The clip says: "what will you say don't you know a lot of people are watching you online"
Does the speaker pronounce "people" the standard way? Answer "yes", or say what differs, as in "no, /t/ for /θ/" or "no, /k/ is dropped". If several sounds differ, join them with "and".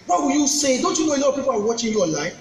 no, /w/ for /l/